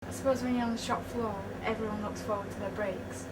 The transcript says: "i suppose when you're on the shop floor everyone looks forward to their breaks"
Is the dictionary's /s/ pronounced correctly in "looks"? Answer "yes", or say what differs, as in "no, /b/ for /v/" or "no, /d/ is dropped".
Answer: yes